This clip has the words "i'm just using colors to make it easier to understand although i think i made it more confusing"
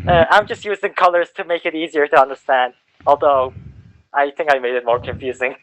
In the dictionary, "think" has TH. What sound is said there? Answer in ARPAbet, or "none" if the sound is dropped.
TH